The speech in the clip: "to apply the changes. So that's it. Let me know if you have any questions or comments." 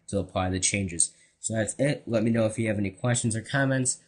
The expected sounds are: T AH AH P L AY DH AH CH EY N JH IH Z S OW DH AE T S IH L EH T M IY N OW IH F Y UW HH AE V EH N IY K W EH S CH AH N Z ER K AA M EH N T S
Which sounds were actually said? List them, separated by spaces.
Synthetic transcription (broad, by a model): T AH AH P L AY DH AH CH EY N JH IH Z S OW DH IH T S IH L EH T M IY N OW IH F Y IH V EH N IY K W EH S CH AH N Z ER K AA M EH N T S